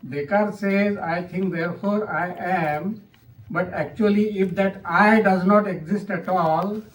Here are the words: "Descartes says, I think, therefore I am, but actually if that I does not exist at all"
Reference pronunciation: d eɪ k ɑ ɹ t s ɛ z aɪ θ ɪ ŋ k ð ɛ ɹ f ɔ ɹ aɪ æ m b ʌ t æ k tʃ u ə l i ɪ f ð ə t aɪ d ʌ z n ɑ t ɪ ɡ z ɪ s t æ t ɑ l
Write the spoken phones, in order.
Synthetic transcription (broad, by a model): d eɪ k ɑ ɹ t s ɛ z aɪ t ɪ ŋ k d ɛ ɹ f ɔ ɹ aɪ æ m b ʌ t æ k tʃ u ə l i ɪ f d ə t aɪ d ʌ z n ɑ t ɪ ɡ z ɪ s t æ t ɑ l